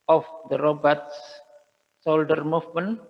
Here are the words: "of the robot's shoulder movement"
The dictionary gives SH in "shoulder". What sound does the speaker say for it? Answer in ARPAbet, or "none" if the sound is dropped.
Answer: S